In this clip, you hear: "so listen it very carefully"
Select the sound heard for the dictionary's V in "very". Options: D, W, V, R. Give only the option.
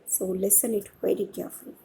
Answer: W